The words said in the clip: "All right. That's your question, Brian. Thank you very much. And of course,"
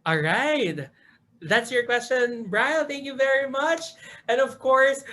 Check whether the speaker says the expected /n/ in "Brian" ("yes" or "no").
no